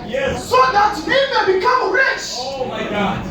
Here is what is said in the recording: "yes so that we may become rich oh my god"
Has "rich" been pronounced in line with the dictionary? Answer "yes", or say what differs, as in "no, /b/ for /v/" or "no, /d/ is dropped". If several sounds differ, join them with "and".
yes